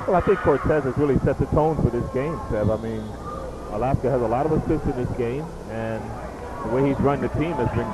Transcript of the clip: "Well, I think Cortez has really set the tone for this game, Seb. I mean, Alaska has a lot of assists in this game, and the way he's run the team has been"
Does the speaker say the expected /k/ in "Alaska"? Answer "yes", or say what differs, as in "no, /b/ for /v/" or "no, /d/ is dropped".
yes